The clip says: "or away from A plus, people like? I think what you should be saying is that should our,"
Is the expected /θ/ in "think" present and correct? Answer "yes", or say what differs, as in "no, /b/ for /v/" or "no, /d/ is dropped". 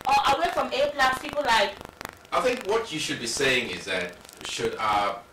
yes